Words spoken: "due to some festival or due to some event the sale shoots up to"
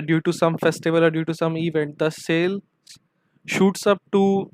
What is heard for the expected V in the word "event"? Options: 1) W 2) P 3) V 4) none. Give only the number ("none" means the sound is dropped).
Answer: 3